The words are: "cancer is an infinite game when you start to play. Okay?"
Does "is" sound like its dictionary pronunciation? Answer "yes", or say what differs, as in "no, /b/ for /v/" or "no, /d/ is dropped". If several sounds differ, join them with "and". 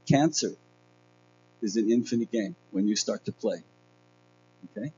yes